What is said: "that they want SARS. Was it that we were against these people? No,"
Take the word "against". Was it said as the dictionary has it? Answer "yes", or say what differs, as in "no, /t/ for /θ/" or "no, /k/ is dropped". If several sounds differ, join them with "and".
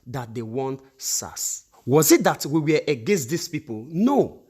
yes